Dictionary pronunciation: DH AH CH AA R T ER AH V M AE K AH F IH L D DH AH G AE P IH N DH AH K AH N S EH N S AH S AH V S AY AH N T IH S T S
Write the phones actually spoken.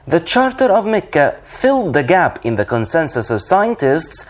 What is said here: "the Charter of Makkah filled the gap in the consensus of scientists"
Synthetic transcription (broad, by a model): DH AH CH AA R T ER AH V M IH K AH F IH L D DH AH G AE P IH N DH AH K AH N S EH N S AH S AH V S AY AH N T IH S T S